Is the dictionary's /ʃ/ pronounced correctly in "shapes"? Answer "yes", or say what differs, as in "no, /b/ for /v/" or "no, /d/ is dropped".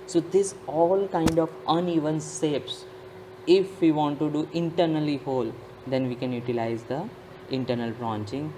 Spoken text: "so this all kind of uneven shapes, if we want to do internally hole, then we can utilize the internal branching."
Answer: no, /s/ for /ʃ/